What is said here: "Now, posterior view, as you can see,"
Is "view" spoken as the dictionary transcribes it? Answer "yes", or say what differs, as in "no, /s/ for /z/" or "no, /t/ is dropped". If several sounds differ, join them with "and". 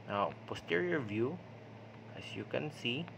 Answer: yes